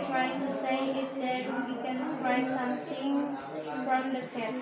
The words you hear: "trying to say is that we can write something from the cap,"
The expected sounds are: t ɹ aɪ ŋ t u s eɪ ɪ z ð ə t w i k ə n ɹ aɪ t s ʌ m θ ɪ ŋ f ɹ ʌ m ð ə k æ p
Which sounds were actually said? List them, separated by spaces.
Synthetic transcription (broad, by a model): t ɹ aɪ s t u s eɪ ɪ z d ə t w i k ə n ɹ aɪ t s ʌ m t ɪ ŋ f ɹ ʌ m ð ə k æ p